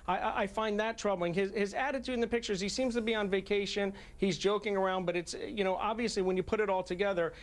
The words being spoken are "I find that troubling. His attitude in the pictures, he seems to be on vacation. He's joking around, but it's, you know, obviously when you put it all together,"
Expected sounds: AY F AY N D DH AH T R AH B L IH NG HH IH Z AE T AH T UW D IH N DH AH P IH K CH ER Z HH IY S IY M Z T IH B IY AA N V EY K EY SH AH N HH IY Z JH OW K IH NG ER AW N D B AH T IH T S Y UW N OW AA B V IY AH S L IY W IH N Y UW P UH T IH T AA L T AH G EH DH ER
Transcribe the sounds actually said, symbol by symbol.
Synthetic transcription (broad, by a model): AY F AY N DH AH T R AH B L IH NG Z IH Z AE T AH T UW D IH N DH AH P IH K CH ER Z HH IY S IY M Z T IH B IY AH N V EY K EY SH AH N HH IY Z JH OW K IH NG ER AW N D B AH T IH T S Y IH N OW AA B V IY AH S L IY W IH N Y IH P UH T IH T AA L T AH G EH DH ER